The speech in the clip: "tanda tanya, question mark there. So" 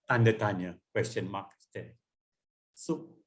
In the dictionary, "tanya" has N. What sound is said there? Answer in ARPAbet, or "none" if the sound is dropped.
N